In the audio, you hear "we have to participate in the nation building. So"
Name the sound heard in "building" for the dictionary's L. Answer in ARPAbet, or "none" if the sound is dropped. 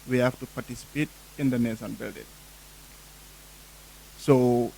L